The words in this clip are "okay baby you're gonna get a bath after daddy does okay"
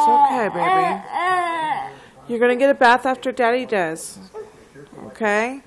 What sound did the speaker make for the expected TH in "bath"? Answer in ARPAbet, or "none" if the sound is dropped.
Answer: TH